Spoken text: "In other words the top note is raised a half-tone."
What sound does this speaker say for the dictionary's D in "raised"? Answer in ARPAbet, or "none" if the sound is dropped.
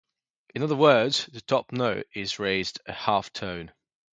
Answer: D